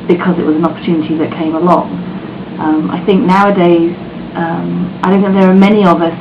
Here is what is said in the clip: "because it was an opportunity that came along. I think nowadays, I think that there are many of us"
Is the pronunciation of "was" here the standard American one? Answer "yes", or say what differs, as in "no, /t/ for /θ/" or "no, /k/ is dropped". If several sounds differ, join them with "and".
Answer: yes